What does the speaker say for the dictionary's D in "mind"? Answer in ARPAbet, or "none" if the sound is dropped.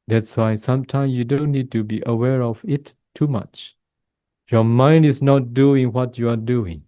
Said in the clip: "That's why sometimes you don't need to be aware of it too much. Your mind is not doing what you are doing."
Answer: D